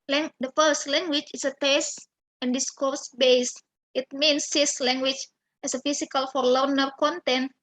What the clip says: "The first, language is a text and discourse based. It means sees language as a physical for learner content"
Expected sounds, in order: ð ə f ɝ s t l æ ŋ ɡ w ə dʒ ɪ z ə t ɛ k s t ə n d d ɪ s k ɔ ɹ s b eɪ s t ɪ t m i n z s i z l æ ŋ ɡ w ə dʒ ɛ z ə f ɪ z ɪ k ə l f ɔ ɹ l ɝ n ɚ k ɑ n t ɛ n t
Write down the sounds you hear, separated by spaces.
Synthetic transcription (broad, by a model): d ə f ɝ s t l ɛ ŋ ɡ w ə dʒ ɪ s ə t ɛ s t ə n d d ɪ s k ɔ ɹ s b eɪ s t ɪ t m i n s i s l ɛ ŋ ɡ w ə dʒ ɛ s ə f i s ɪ k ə l f ɔ ɹ l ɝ n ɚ k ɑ n t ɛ n t